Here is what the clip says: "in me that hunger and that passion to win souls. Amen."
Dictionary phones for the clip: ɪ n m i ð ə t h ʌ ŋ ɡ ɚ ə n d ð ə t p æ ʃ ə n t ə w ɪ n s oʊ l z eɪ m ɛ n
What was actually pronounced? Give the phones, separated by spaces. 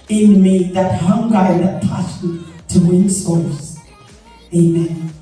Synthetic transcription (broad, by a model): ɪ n m i ð ə t h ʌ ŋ ɡ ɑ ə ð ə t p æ s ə t ə w ɪ n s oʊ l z eɪ m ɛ n